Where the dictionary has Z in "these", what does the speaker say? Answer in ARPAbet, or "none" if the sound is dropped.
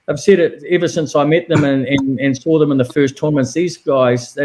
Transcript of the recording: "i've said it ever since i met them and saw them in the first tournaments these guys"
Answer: Z